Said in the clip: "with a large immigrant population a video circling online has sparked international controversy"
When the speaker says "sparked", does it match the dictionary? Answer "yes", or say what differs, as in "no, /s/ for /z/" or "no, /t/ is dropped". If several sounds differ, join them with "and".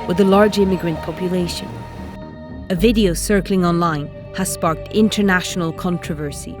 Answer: yes